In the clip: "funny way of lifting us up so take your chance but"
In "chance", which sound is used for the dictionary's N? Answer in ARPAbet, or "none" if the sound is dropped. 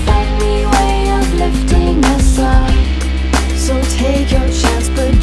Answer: none